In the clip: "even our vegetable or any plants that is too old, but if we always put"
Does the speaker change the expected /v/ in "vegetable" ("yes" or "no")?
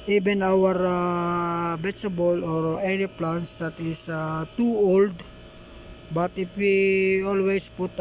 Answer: yes